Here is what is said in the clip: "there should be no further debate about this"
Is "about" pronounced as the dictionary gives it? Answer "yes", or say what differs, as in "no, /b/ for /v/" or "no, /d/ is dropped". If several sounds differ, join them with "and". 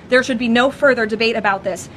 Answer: yes